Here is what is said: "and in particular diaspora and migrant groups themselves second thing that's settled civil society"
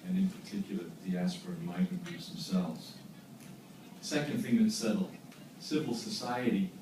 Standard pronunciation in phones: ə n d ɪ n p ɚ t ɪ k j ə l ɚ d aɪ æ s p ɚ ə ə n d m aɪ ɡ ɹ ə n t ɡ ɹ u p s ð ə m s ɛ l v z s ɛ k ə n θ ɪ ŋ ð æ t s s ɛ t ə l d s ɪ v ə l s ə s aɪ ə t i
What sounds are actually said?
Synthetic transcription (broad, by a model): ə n ɪ n p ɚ t ɪ k j l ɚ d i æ s p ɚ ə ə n m aɪ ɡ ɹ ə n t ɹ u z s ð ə m s ɛ l v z s ɛ k ə n θ ɪ ŋ ð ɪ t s s ɛ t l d s ɪ v l s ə s aɪ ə t i